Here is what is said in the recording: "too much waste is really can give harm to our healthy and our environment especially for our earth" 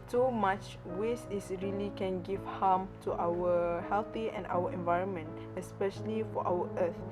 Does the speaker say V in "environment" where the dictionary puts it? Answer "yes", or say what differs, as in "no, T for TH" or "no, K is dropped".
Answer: yes